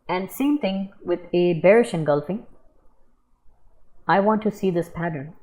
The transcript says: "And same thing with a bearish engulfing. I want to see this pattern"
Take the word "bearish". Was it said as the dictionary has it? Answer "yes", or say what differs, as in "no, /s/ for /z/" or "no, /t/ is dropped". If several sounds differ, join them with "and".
yes